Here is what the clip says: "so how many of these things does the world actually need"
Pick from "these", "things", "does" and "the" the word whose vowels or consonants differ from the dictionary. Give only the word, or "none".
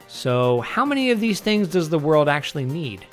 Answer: none